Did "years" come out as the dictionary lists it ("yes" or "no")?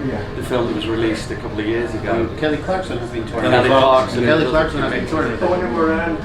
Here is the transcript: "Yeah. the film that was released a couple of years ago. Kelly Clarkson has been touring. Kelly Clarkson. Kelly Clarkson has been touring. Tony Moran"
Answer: yes